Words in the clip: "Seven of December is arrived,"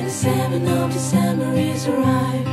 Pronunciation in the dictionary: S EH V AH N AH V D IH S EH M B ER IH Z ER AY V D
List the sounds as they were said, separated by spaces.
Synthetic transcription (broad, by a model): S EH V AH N AH V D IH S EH M ER IH Z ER AY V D